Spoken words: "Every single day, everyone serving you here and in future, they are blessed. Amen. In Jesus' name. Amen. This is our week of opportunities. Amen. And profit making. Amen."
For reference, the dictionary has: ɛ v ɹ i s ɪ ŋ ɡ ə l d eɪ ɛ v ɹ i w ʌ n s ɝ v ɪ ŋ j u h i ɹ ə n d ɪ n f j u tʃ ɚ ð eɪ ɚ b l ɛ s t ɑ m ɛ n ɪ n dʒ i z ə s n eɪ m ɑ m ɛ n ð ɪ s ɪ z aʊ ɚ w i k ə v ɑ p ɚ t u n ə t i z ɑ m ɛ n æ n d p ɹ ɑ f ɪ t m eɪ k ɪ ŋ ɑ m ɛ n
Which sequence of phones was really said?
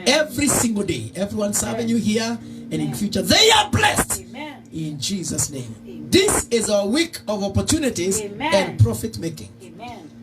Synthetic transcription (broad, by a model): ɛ v ɹ i s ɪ ŋ ɡ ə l d eɪ ɛ v ɹ i w ʌ n s ɝ v ɪ ŋ j u h i ɹ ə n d ɪ n f j u tʃ ɚ ð eɪ ɚ b l ɛ s t ɪ n dʒ i z ə s n eɪ ɑ m ð ɪ s ɪ z aʊ ɚ w i k ə v ɑ p ɚ t u n ə t i z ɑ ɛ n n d p ɹ ɑ f ɪ t m eɪ k ɪ ŋ